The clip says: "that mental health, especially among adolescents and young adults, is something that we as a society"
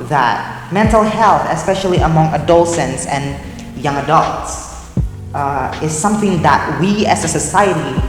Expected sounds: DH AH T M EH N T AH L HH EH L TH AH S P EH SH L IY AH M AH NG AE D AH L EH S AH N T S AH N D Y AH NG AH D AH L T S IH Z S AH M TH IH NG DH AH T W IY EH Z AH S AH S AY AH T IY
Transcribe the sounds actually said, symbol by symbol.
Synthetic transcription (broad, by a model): DH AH T M EH N T L HH EH L TH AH S P EH SH L IY AH M AH NG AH D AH L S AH N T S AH N Y AH NG AH D AH L T S IH Z S AH M TH IH NG DH AH T W IY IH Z AH S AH S AY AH T IY